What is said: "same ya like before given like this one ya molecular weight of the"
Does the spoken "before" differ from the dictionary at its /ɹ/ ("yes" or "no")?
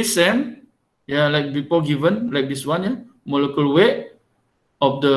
yes